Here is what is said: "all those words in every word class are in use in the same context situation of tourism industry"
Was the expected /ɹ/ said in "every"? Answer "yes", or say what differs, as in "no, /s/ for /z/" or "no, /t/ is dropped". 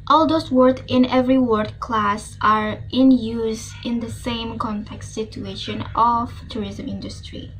yes